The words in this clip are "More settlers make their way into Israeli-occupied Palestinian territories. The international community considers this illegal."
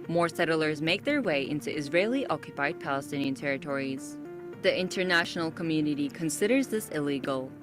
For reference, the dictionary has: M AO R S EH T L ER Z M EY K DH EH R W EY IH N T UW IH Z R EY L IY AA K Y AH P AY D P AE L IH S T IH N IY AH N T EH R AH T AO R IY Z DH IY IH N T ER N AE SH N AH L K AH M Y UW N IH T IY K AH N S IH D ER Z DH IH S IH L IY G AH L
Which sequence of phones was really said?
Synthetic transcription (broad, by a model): M AO R S EH T L ER Z M EY K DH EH R W EY IH N T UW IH Z R EY L IY AA K Y AH P AY D P AE L IH S T IH N IY AH N T EH R AH T AO R IY Z DH IY IH N T ER N AE SH N L K AH M Y UW N IH T IY K AH N S IH D ER Z DH IH S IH L IY G L